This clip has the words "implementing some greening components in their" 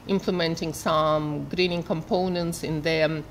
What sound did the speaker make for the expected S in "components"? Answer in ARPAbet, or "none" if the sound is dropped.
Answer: S